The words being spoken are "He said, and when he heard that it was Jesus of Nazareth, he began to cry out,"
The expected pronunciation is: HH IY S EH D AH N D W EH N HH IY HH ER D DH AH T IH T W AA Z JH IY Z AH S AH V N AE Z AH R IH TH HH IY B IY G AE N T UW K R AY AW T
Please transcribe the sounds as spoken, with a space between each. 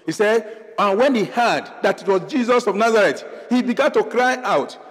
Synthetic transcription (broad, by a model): HH IY S EH D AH N W EH N HH IY HH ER D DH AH T IH T W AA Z JH IY Z AH S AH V N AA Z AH R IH T HH IY B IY G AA N T UW K R AY AW T